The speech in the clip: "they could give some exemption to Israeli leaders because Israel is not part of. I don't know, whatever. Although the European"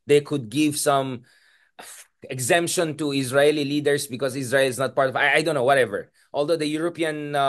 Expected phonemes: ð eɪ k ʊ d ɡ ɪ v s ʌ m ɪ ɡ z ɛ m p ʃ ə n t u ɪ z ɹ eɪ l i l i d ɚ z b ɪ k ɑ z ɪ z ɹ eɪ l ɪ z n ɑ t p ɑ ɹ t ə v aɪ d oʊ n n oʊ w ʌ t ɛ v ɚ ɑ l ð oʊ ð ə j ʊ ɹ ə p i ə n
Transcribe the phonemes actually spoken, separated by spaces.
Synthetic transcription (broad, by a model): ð eɪ k ʊ d ɡ ɪ v s ʌ m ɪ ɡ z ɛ m p ʃ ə n t u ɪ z ɹ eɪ l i l i d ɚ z b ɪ k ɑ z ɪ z ɹ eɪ l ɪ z n ɑ t p ɑ ɹ t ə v aɪ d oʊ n n oʊ w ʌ t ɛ v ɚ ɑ l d oʊ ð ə j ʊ ɹ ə p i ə n